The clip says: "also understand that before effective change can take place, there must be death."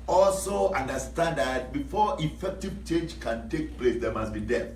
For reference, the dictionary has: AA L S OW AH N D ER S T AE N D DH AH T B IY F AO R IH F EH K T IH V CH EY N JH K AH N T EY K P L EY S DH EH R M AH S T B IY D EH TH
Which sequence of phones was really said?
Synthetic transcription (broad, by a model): AA L S OW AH N D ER S T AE N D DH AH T B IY F AO IH F EH K T IH V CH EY JH K AH N T EY K P L EY S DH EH M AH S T B IY D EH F